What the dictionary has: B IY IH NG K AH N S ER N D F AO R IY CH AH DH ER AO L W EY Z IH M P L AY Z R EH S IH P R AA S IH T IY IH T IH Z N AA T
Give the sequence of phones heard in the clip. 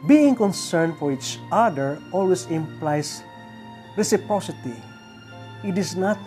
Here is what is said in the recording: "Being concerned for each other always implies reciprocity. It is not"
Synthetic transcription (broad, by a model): B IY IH NG K AH N S ER N D F AO R IY CH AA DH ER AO L W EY S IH M P L AY S R EH S IH P R AA S IH T IY IH T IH S N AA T